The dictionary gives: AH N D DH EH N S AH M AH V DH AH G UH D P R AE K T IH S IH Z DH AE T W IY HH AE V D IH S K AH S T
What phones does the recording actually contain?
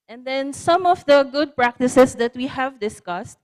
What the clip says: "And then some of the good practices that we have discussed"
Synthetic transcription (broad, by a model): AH N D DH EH N S AH M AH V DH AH G UH D P R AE K T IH S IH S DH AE T W IY HH AE V D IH S K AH S T